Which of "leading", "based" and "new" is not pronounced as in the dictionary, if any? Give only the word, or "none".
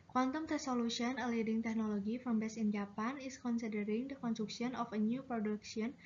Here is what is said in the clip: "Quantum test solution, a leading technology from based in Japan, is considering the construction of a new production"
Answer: based